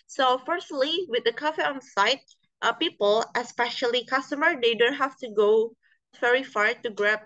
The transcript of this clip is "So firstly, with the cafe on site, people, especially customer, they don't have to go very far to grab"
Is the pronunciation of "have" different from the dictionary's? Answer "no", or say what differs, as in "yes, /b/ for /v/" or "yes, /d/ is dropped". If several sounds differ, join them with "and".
yes, /f/ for /v/